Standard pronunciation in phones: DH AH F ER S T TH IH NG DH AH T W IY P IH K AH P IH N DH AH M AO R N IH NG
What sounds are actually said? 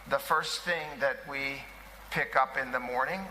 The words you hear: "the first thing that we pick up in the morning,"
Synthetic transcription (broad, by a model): DH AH F ER S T TH IH NG DH AH T W IY P IH K AH P IH N DH AH M AO R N IH NG